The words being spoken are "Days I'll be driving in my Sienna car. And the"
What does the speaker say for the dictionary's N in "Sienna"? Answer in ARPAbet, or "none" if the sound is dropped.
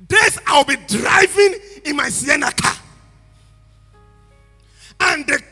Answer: N